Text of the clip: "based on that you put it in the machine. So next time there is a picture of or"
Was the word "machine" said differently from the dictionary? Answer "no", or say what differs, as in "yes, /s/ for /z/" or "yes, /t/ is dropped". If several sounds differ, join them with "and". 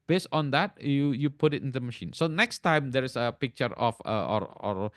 no